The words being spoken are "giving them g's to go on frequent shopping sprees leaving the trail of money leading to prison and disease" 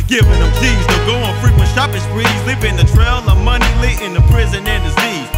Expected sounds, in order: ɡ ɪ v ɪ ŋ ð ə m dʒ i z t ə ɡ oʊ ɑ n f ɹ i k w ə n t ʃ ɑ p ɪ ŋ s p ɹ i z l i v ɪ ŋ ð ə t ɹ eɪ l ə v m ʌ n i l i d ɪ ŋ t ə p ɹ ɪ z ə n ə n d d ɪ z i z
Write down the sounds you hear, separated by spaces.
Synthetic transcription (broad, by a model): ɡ ɪ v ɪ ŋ ð ə m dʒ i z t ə ɡ oʊ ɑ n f ɹ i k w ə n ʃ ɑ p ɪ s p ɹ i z l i p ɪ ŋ ð ə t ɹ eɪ l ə m ʌ n i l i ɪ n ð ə p ɹ ɪ z ə n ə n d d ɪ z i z